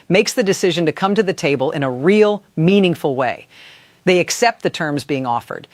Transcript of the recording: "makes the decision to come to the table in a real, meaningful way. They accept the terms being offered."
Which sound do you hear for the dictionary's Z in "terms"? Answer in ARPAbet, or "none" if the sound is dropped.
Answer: Z